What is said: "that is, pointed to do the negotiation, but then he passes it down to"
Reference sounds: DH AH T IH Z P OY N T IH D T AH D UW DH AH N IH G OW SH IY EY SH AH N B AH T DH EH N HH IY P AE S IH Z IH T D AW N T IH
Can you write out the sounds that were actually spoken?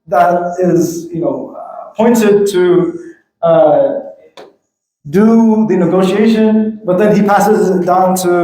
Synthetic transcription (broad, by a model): DH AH T IH Z P OY N T IH D T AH D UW DH AH N IH G OW SH IY EY SH AH N B AH T DH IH N IY P AE S IH Z IH T D AW N T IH